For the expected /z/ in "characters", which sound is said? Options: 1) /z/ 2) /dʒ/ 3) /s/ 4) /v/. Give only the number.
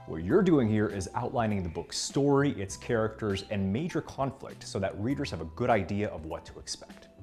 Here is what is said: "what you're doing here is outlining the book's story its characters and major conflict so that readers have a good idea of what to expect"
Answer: 1